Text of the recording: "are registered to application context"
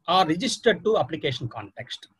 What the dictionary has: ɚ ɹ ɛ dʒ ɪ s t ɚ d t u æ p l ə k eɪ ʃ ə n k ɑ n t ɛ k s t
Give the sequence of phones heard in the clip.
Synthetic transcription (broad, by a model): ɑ ɹ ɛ dʒ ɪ s t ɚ d t u æ p l ə k eɪ ʃ ə n k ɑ n t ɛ k s t